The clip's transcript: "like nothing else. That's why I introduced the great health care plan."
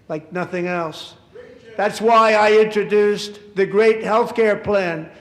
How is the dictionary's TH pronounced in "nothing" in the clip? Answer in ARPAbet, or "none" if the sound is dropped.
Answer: TH